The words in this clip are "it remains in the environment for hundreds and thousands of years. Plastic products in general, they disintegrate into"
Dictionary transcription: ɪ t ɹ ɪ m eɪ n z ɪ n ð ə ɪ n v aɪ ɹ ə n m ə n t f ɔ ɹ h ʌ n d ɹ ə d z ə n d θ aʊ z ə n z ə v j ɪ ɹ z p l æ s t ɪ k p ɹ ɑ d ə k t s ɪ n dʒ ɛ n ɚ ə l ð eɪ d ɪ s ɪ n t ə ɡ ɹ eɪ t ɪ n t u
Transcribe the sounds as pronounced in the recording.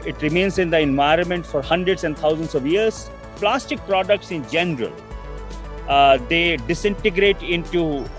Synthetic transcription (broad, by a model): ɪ t ɹ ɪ m eɪ n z ɪ n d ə ɪ n v aɪ ɹ ə n m ə n t f ɔ ɹ h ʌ n d ɹ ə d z ə n d t aʊ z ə n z ə v j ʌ ɹ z p l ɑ s t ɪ k p ɹ ɑ d ə k t s ɪ n dʒ ɛ n ɚ ə l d eɪ d ɪ s ɪ n t ə ɡ ɹ eɪ t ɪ n t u